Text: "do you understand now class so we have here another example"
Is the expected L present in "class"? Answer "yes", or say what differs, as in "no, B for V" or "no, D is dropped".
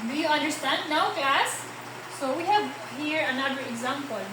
no, L is dropped